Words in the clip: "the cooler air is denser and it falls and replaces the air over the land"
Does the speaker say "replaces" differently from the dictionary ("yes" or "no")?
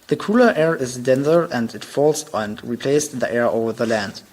yes